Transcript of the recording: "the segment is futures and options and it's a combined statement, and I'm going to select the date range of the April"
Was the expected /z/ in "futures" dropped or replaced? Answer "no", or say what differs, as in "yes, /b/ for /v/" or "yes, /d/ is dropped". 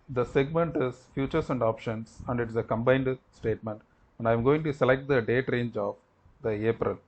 yes, /s/ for /z/